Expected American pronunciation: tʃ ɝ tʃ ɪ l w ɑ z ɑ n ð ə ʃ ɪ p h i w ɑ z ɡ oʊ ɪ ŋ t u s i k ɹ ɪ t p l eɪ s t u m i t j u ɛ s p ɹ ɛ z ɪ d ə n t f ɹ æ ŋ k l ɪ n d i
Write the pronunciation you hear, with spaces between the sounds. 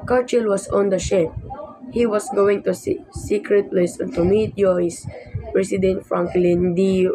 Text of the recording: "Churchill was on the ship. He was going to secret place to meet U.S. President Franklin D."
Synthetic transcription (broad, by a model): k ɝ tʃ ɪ l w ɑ s ɑ n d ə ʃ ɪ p h i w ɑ s ɡ oʊ ɪ ŋ t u s i k ɹ ɪ t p l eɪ s t u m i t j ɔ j s p ɹ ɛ s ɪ d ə n t f ɹ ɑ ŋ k l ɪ n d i